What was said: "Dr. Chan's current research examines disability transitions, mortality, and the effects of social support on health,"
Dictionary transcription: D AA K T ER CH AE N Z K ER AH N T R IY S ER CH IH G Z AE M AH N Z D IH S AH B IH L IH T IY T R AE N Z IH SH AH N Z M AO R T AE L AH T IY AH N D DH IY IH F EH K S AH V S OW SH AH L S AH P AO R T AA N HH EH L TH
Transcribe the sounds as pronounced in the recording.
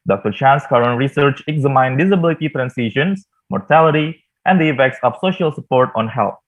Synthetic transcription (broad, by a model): D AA K T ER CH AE N S K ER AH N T R IY S ER CH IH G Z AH M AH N D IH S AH B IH L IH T IY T R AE N S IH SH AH N S M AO R T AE L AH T IY AH N D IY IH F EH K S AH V S OW SH AH L S AH P AO R T AA N HH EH L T